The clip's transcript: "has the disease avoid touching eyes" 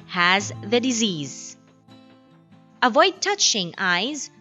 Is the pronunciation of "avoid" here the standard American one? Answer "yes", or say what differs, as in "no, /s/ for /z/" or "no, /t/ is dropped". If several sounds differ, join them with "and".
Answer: yes